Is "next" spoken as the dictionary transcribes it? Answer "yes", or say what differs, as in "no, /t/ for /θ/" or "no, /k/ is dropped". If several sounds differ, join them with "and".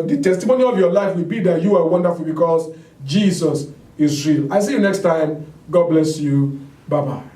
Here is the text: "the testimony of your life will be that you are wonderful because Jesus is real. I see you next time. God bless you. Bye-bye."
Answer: yes